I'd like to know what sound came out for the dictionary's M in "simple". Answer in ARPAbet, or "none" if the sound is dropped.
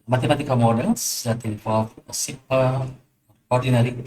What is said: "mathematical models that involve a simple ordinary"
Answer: none